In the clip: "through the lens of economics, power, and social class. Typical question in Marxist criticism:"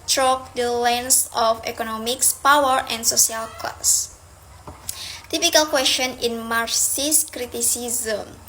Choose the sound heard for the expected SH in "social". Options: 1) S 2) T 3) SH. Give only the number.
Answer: 1